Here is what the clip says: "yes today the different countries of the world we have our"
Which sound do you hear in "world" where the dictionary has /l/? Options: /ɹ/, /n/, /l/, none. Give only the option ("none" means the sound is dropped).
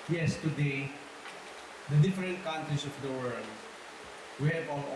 /l/